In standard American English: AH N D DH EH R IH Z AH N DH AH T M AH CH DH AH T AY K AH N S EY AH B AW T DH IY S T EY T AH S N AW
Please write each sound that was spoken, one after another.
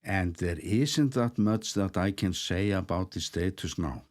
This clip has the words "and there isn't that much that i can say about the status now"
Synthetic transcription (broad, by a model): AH N DH EH R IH S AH N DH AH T M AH S DH AH T AY K AH N S EY AH B AW T DH IY S T EY T AH S N AW